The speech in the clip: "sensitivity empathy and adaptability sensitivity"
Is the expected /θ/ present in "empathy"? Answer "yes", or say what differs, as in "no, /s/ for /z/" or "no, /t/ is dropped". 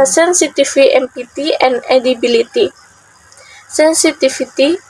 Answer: no, /t/ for /θ/